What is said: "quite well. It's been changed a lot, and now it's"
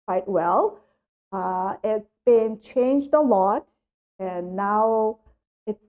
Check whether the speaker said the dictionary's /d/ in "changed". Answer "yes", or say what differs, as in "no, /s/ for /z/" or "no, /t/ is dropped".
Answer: yes